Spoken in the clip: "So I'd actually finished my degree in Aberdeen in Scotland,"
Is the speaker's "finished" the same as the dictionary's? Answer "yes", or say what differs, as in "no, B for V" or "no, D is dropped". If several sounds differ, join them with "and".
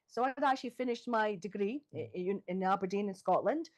yes